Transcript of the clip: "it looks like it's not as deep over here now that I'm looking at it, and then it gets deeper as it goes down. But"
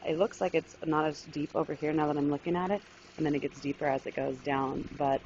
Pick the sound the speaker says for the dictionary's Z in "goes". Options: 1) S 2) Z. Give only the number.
2